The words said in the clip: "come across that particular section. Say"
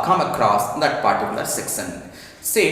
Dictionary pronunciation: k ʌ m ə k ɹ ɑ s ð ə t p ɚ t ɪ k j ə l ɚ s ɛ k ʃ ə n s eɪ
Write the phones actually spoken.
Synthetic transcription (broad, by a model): k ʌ m ə k ɹ ɑ s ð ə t p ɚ t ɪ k j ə l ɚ s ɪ k s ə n s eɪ